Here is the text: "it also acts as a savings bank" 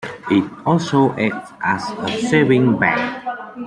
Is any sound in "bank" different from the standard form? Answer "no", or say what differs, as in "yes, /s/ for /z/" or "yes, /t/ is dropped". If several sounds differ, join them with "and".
yes, /ŋ/ is dropped